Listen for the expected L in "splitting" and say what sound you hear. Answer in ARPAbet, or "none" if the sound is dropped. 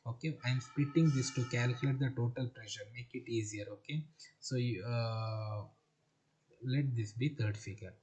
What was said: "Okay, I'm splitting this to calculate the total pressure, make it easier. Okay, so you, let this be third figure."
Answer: none